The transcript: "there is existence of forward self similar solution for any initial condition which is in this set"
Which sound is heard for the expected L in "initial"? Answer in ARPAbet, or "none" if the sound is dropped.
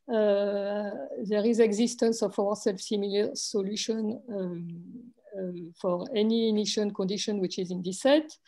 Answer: N